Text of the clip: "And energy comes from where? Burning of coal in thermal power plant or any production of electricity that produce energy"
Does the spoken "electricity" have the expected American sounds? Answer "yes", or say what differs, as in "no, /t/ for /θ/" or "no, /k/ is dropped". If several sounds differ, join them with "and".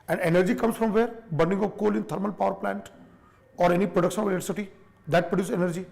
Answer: no, /k/ is dropped